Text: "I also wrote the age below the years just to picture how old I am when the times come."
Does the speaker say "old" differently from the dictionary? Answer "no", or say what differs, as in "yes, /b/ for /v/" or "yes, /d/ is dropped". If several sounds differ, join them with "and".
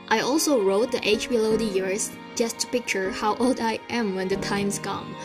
no